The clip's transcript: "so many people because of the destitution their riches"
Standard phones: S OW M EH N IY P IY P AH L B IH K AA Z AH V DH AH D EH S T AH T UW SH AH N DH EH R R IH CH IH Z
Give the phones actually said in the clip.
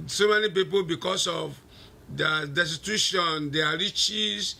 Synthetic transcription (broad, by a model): S OW M EH N IY P IY P AH L B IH K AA S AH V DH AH D EH S T AH T UW SH AH N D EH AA R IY CH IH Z